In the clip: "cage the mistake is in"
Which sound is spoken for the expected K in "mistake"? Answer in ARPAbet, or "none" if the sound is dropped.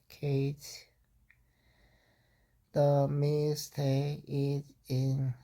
none